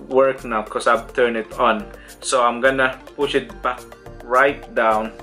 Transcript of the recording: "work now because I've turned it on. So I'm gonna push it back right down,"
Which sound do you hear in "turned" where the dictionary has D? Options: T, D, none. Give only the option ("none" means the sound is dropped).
none